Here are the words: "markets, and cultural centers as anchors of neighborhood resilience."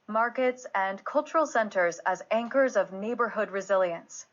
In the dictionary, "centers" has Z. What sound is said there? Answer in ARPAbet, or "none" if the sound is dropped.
Z